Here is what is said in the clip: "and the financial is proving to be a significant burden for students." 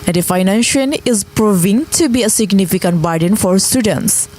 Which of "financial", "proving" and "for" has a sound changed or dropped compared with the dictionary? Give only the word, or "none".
financial